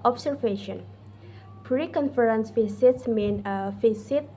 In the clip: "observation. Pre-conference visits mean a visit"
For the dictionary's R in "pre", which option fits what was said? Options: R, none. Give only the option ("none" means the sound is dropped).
R